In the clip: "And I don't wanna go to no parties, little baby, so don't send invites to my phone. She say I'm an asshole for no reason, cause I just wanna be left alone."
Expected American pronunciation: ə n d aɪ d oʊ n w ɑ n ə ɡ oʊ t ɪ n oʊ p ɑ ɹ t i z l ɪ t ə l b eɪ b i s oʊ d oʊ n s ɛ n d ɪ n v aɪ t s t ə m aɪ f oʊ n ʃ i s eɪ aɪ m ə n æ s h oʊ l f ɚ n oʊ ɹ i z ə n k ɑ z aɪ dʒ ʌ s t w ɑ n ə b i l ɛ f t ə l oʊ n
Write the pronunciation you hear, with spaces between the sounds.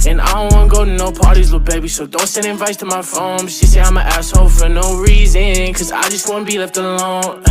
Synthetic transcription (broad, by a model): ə n aɪ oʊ w ɑ n ə ɡ oʊ t ɪ n oʊ p ɑ ɹ t i z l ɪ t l b eɪ b i s oʊ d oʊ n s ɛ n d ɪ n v aɪ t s t ə m aɪ f oʊ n ʃ i s eɪ aɪ m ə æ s h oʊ f ɚ n oʊ ɹ i z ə n k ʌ z aɪ dʒ ʌ s t w ɑ n ə b i l ɛ f t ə l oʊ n